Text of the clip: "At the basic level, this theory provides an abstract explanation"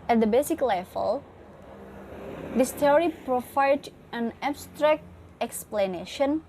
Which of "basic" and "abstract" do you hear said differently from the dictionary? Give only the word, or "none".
none